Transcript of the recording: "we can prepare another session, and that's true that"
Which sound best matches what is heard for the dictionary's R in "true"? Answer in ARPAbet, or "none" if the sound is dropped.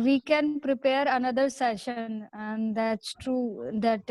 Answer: R